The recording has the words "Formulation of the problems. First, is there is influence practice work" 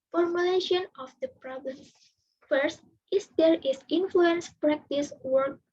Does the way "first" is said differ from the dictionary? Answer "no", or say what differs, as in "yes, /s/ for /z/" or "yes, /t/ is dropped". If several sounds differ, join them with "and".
no